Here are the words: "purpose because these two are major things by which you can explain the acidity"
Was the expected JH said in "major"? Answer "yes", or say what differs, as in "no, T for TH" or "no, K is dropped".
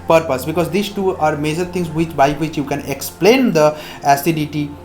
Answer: yes